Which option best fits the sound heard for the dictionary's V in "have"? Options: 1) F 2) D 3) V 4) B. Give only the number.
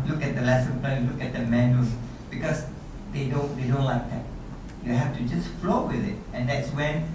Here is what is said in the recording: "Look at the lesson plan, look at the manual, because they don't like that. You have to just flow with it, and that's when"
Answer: 1